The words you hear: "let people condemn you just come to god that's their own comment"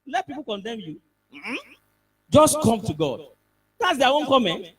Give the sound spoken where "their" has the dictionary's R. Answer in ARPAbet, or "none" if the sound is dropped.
W